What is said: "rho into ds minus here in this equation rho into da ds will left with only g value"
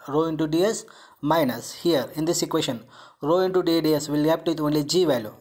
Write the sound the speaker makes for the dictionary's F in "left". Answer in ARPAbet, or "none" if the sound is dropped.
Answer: P